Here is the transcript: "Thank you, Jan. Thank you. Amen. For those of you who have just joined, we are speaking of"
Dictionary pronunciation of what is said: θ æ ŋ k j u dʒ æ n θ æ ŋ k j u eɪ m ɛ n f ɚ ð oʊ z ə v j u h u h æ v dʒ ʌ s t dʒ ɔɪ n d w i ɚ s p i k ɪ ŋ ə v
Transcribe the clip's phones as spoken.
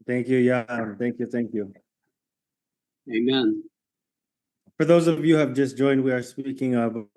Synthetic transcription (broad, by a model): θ æ ŋ k j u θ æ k θ æ ŋ k j u eɪ m ɛ n f ɚ ð oʊ z ə v j u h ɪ v dʒ ʌ s dʒ ɔɪ n d w i ɚ s p i k ɪ ŋ ə v